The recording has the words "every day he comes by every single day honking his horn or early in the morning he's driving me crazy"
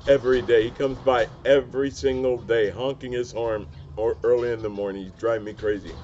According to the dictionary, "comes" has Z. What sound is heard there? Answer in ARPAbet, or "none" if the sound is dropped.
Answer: Z